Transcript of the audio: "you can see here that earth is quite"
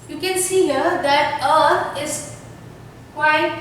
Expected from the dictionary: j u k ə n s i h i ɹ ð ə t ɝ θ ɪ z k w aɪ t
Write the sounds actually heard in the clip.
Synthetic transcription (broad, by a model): j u k ə n s i h i ɹ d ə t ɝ t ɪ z k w aɪ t